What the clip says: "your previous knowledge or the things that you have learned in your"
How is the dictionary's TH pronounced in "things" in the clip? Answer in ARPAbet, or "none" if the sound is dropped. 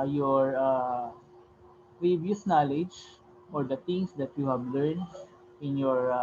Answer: T